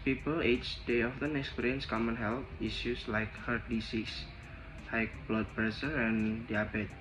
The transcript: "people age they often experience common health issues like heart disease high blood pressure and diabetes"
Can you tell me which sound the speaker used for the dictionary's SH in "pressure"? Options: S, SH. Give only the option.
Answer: S